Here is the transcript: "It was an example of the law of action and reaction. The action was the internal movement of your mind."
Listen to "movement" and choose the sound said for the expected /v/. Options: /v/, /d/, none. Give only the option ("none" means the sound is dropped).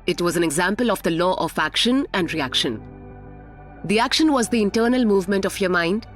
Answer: /v/